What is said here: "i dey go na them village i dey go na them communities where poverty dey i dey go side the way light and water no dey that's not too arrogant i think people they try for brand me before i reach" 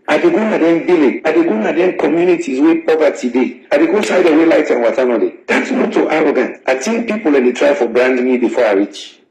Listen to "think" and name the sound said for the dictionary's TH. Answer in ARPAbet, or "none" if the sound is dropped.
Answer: T